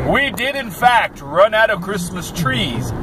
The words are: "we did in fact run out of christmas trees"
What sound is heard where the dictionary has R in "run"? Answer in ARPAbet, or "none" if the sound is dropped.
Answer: R